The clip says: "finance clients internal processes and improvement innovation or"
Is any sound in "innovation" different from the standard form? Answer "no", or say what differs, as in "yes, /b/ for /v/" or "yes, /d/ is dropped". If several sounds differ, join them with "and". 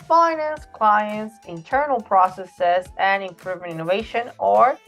no